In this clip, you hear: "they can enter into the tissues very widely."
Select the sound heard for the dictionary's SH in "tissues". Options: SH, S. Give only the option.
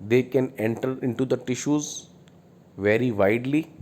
SH